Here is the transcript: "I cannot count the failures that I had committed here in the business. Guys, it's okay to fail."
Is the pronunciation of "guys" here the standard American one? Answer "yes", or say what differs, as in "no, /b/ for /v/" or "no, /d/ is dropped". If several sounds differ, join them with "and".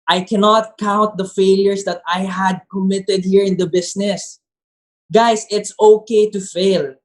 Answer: no, /s/ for /z/